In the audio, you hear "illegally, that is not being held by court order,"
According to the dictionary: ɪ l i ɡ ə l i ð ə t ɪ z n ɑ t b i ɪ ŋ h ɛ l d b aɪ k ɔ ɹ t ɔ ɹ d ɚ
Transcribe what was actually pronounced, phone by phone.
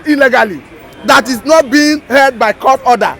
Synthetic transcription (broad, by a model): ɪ l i ɡ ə l i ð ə t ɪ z n ɑ t b i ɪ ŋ h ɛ d b aɪ k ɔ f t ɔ d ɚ